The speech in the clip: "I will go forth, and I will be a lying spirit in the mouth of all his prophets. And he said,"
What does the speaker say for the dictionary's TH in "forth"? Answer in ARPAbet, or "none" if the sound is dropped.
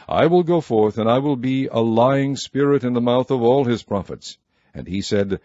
TH